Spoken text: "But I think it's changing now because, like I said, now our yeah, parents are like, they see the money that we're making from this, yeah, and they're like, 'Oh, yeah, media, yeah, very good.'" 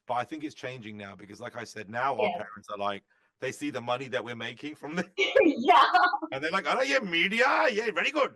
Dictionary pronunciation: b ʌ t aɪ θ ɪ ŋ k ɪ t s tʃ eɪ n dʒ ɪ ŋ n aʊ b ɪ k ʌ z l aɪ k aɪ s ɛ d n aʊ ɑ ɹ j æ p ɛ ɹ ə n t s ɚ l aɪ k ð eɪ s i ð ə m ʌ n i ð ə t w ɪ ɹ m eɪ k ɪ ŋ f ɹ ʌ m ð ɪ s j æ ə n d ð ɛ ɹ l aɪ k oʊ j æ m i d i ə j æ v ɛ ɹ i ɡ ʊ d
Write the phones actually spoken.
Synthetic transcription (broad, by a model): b ʌ t aɪ θ ɪ ŋ k ɪ t s tʃ eɪ n dʒ ɪ ŋ n aʊ b ɪ k ʌ z l aɪ k aɪ s ɛ d n aʊ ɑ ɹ p ɛ ɹ ə n t s ɚ l aɪ k ð eɪ s i ð ə m ʌ n i ð ə t w ɪ ɹ m eɪ k ɪ ŋ f ɹ ʌ m ð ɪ j æ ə n ð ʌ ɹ l aɪ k oʊ j æ m i d i ə j æ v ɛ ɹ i ɡ ʊ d